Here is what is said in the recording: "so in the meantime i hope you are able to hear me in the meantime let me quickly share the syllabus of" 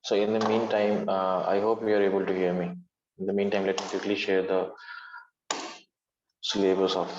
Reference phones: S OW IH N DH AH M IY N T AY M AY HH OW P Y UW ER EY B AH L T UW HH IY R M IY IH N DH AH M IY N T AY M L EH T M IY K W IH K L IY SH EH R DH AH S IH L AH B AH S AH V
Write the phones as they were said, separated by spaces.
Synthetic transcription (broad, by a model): S OW IH N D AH M IY N T AY M AY HH OW P Y UW ER EY B AH L T UW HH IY R M IY IH N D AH M IY N T AY M L EH T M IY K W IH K L IY SH EH R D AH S L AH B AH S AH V